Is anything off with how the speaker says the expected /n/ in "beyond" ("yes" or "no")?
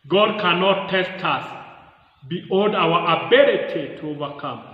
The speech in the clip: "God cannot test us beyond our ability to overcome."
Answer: yes